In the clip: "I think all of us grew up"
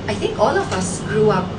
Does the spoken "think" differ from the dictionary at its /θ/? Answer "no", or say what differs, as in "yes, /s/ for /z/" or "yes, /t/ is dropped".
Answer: yes, /t/ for /θ/